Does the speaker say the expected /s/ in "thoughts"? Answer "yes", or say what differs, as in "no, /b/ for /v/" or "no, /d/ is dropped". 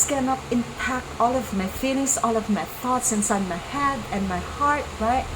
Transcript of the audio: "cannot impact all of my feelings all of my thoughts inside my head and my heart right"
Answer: yes